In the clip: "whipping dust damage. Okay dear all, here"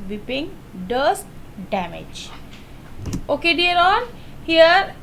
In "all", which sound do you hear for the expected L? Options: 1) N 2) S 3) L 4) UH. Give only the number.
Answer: 1